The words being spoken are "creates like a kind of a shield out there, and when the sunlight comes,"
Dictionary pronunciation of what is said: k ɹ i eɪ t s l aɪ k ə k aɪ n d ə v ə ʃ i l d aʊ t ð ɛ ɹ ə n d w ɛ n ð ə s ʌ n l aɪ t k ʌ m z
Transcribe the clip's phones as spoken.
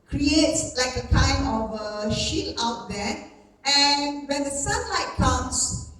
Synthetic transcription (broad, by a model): k ɹ i eɪ t s l aɪ k ə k aɪ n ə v ə ʃ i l aʊ t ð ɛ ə n w ɛ n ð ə s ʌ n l aɪ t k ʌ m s